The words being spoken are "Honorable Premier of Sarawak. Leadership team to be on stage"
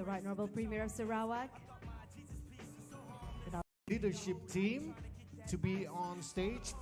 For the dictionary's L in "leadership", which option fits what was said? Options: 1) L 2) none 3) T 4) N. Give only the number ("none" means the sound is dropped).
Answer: 4